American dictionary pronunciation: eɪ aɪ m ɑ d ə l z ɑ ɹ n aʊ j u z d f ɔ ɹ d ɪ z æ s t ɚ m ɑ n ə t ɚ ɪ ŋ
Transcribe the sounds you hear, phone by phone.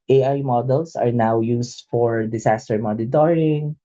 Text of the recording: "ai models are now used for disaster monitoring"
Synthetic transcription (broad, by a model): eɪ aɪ m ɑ d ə l s ɑ ɹ n aʊ j u s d f ɔ ɹ d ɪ s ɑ s t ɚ m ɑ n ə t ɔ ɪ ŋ